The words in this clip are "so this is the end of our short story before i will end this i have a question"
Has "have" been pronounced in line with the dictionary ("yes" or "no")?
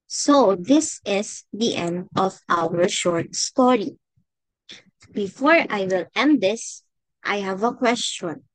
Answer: yes